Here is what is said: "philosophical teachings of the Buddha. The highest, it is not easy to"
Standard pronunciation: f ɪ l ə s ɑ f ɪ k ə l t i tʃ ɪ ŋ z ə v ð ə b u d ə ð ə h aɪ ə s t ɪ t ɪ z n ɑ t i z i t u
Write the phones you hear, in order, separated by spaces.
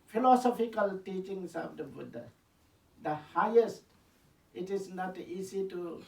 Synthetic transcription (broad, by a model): f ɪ l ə s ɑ f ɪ k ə l t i tʃ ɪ ŋ s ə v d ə b u d ə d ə h aɪ ə s t ɪ t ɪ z n ɑ t i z i t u